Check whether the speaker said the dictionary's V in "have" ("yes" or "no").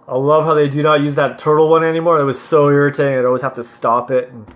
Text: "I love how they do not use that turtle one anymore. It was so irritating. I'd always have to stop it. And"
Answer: no